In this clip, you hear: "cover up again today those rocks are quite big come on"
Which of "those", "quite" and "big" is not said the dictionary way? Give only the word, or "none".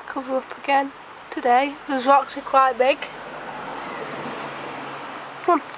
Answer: none